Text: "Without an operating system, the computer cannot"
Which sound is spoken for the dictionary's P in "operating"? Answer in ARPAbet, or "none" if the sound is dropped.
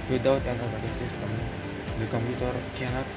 B